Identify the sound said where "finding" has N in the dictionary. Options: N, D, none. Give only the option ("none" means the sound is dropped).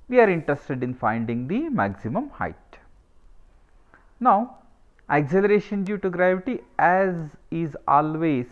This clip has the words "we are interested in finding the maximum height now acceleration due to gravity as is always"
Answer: N